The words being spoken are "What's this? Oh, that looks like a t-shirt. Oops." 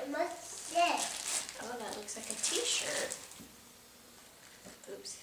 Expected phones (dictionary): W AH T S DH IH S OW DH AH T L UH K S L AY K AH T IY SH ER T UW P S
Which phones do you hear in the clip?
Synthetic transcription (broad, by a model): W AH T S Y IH OW DH AH T L UH K S L AY K AH T IY SH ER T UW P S